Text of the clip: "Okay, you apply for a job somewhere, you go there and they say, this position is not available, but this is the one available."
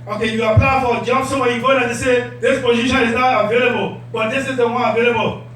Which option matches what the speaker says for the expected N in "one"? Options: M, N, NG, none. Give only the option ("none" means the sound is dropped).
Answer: none